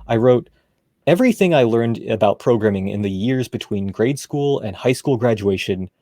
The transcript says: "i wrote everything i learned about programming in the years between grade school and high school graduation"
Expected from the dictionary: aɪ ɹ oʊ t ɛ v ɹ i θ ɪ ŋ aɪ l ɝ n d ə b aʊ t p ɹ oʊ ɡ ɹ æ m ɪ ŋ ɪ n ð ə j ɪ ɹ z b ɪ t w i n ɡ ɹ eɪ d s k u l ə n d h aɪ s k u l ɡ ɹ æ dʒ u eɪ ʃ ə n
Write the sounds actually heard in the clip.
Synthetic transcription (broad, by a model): aɪ ɹ oʊ t ɛ v ɹ i θ ɪ ŋ aɪ l ɝ n d ə b aʊ t p ɹ oʊ ɡ ɹ æ m ɪ ŋ ɪ n ð ə j ɪ ɹ z b ɪ t w i n ɡ ɹ eɪ d s k u l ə n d h aɪ s k u l ɡ ɹ æ dʒ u eɪ ʃ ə n